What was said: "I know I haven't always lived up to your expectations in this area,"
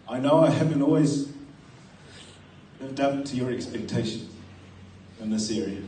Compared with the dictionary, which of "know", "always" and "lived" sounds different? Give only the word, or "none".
lived